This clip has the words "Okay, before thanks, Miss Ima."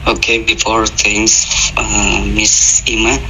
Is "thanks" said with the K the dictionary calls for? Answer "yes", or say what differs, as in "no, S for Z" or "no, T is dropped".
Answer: no, K is dropped